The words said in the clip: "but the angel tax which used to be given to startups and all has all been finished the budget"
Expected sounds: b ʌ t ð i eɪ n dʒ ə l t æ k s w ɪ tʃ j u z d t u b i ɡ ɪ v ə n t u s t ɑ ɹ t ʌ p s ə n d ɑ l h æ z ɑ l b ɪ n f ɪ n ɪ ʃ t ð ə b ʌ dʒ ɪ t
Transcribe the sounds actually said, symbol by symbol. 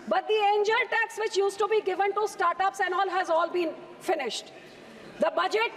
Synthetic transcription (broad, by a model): b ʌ t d i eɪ n dʒ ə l t æ k s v ɪ tʃ j u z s t u b i ɡ ɪ v ə n t u s t ɑ ɹ t ʌ p s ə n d ɑ l h æ z ɑ l b ɪ n f ɪ n ɪ ʃ t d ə b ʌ dʒ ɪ t